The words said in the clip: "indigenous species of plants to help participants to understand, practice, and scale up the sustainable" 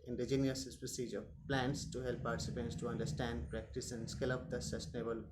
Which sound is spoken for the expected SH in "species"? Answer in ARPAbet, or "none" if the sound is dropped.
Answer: S